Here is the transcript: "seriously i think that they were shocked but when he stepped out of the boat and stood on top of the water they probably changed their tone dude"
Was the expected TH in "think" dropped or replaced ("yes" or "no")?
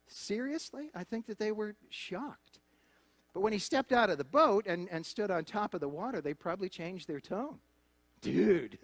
no